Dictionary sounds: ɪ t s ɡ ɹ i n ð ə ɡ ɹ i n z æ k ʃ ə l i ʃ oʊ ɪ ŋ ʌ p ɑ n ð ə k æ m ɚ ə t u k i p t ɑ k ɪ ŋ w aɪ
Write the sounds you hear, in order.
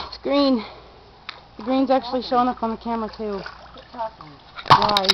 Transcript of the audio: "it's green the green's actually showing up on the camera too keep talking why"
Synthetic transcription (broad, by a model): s ɡ ɹ i n ð ə ɡ ɹ i n z æ k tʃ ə l i ʃ oʊ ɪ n ʌ p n ð ə k æ m ɚ ə t u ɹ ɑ ɪ